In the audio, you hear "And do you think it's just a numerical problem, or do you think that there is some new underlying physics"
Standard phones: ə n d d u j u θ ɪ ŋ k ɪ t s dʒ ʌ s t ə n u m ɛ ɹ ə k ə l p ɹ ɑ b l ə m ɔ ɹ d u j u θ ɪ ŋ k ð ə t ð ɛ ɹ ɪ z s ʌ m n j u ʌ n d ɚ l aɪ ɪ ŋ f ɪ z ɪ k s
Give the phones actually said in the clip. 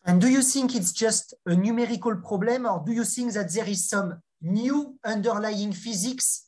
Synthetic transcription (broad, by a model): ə n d d u j u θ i ŋ k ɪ t s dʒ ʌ s t ə n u m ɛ ɹ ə k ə l p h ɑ b l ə m ɔ ɹ d u j u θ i ŋ k ð ə t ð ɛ ɹ ɪ z s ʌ m n j u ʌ n d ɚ l aɪ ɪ ŋ f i z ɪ k s